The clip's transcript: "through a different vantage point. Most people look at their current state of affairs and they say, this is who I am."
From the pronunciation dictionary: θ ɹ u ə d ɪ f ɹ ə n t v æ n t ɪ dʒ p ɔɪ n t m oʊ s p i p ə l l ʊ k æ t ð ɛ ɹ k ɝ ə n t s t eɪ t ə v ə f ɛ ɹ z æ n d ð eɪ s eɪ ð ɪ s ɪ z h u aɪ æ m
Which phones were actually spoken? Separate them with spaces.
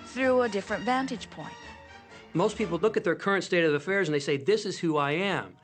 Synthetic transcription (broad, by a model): θ ɹ u ə d ɪ f ɹ ə n t v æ n t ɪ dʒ p ɔɪ n t m oʊ s p i p l l ʊ k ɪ t ð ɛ ɹ k ɝ ə n t s t eɪ t ə v ə f ɛ ɹ z n ð eɪ s eɪ ð ɪ s ɪ z h u aɪ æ m